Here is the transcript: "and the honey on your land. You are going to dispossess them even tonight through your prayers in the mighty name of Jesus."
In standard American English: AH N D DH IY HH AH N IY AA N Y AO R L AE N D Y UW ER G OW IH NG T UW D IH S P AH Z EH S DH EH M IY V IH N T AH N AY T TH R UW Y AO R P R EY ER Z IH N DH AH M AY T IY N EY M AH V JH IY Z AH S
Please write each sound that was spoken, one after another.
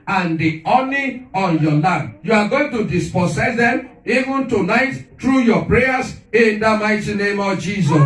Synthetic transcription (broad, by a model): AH N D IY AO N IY AA N Y AO L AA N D Y UW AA G OW IH NG T UW D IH S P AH S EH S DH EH M IY V IH N T AH N AY T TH R UW Y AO P R EY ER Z IH N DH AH M AY T IY N EY M AH V JH IY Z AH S